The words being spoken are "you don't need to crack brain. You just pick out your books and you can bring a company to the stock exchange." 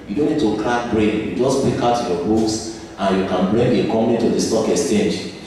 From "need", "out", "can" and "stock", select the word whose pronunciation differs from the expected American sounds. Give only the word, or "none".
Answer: none